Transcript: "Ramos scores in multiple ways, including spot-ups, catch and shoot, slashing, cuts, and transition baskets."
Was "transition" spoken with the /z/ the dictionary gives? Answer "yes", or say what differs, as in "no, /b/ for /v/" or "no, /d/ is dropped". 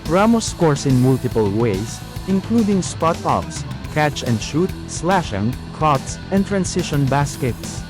no, /s/ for /z/